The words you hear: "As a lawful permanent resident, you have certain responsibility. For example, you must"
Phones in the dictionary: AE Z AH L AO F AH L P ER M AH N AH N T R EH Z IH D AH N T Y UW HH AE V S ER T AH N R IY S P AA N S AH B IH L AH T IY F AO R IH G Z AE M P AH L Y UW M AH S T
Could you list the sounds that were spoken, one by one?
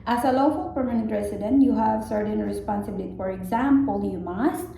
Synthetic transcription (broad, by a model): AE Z AH L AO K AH L P ER M AH N AH N T R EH S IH D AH N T Y UW HH AE V S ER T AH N R IY S P AA N S AH B IH L AH T IY F AO R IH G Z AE M P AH L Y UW M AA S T